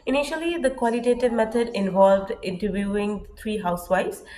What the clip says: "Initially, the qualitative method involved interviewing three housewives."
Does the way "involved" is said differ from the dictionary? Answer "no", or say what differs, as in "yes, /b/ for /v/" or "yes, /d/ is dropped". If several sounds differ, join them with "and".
no